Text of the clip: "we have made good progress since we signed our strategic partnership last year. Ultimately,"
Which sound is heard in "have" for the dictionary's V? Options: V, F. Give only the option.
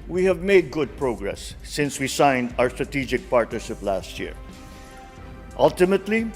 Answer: V